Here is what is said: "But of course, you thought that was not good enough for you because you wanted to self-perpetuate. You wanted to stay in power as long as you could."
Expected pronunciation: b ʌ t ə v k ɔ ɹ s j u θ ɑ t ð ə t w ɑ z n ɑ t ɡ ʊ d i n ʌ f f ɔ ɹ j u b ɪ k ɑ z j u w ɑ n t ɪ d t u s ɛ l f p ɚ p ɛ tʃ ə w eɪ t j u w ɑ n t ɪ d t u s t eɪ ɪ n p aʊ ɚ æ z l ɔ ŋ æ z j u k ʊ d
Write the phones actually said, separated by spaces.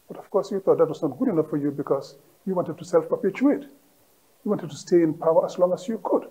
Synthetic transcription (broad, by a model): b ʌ t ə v k ɔ ɹ s j u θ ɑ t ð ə t w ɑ s n ɑ t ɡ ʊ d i n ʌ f f ɔ ɹ j u b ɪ k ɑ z j u w ɑ n t ɪ d t u s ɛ l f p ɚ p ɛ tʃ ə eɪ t j u w ɑ n t ɪ d t u s t eɪ ɪ n p aʊ ɚ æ s l ɔ ŋ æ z j u k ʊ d